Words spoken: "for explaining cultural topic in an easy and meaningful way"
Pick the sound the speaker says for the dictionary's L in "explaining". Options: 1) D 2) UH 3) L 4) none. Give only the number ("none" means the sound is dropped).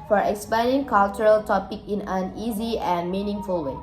4